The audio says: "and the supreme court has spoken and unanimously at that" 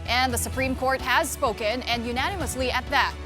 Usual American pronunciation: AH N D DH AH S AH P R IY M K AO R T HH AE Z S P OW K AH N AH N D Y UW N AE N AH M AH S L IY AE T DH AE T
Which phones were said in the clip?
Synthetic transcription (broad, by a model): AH N DH AH S AH P R IY M K AO R T HH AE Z S P OW K AH N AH N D Y UW N AE N AH M AH S L IY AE T DH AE T